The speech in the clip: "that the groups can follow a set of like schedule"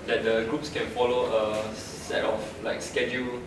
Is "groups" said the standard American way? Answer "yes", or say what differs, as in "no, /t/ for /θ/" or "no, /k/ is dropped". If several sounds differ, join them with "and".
yes